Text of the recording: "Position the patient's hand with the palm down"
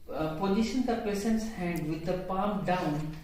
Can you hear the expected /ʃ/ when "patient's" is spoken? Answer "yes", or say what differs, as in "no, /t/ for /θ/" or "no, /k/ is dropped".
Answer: no, /s/ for /ʃ/